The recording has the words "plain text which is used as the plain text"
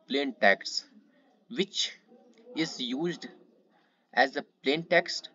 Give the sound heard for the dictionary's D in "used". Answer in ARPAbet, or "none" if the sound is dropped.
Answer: D